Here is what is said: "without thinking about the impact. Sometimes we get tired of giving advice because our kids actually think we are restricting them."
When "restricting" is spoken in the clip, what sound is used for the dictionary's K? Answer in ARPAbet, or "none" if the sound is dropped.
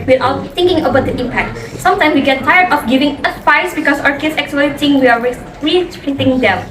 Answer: none